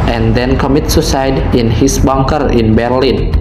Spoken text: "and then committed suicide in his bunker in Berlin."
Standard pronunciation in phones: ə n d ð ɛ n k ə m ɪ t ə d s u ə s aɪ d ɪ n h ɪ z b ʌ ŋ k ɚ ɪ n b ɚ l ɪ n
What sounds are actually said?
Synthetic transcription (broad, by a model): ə n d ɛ n k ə m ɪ t s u s aɪ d ɪ n h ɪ s b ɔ ŋ k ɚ ɪ n b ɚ l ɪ n